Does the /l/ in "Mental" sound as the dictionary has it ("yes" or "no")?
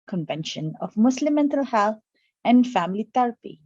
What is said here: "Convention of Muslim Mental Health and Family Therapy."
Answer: yes